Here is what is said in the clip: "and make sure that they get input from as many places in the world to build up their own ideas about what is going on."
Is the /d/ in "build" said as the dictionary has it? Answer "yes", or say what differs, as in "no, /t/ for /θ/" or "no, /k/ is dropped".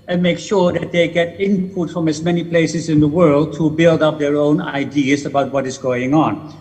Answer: yes